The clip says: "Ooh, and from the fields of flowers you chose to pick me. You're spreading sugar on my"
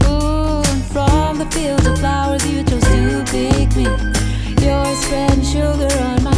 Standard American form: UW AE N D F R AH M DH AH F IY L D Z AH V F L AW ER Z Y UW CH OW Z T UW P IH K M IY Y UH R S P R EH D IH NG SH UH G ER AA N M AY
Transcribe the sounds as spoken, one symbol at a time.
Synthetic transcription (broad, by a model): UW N F R AH M DH AH F IY L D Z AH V F L AW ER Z Y UW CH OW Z T UW B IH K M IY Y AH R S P R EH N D SH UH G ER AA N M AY